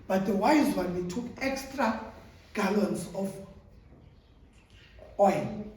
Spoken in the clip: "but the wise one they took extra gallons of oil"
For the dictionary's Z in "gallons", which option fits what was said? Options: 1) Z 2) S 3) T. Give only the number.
2